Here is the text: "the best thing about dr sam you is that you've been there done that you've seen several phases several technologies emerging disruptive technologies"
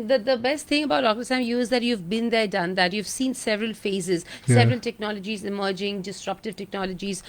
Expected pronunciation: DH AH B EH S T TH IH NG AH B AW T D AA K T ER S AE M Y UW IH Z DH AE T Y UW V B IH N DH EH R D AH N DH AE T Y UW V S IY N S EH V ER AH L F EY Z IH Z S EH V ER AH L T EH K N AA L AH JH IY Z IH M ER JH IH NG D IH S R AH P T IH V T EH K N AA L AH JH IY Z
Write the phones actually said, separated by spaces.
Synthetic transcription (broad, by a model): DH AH B EH S T T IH NG AH B AW T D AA K T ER S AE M Y UW IH Z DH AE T Y UW V B IH N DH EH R D AH N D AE T Y UW V S IY N S EH V ER AH L F EY Z IH Z S EH V ER AH L T EH K N AA L AH JH IY Z IH M ER JH IH NG D IH S R AH P T IH V T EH K N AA L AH JH IY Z